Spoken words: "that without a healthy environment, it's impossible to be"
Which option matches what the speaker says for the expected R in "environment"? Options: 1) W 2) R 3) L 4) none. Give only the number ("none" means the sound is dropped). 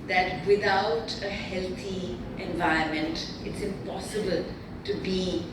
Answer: 4